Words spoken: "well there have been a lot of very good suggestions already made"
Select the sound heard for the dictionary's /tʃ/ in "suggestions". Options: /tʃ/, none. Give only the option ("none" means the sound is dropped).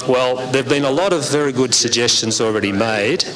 /tʃ/